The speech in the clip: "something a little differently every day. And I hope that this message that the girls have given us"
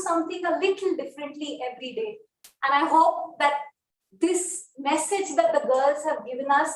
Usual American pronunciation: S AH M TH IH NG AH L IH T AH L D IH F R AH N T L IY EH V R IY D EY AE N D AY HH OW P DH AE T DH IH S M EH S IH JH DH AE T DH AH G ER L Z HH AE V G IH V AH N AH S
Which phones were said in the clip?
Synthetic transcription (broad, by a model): S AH M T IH NG AH L IH T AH L D IH F R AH N T L IY EH V R IY D EY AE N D AY HH OW P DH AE T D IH S M EH S IH JH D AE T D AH G ER L Z HH AE V G IH V AH N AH S